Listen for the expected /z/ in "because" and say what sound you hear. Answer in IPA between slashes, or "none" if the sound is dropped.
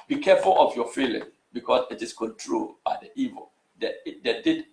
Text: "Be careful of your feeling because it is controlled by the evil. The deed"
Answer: /s/